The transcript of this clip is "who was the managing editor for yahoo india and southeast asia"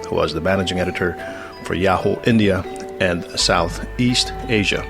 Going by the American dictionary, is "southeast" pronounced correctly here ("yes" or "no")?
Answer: yes